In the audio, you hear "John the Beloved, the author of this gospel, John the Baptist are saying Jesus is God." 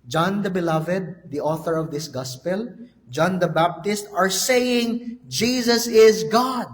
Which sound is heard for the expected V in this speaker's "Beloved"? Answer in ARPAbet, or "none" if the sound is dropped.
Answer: V